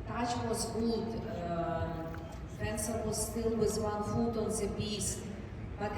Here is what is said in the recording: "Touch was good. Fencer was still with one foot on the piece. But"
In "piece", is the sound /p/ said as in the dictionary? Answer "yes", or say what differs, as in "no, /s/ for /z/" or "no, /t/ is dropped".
no, /b/ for /p/